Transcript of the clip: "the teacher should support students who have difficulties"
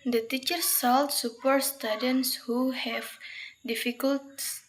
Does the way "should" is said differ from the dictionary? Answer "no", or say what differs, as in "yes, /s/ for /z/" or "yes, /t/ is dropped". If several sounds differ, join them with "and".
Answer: yes, /s/ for /ʃ/